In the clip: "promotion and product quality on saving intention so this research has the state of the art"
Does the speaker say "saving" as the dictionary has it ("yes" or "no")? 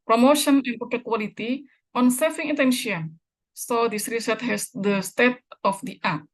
no